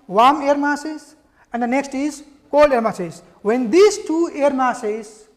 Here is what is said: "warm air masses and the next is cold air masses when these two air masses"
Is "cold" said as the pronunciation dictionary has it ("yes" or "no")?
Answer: no